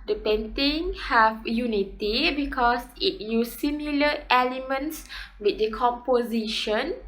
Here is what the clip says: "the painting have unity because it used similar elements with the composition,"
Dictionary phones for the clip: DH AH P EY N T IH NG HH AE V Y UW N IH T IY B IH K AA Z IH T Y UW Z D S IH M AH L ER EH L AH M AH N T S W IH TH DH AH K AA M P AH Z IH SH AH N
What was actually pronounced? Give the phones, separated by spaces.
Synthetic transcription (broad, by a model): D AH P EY N T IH NG HH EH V Y UW N IH T IY B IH K AA S IH T Y UW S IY M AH L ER EH L AH M AH N T S W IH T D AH K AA M P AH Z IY SH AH N